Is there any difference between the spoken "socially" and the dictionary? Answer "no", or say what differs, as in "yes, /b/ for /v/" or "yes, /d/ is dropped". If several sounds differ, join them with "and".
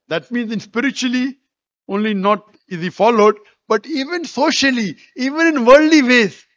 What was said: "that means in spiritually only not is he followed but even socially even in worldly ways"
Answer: no